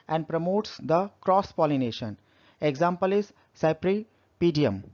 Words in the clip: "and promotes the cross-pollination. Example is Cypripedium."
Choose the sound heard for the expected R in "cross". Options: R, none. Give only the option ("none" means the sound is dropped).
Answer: R